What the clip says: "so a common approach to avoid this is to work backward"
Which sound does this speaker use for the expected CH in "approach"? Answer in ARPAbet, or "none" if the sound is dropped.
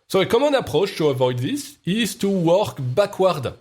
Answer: SH